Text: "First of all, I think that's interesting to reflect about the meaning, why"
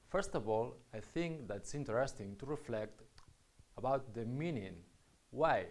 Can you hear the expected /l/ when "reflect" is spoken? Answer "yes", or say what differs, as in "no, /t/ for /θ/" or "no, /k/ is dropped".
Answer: yes